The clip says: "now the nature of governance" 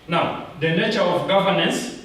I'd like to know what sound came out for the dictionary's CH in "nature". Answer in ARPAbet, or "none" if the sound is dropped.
CH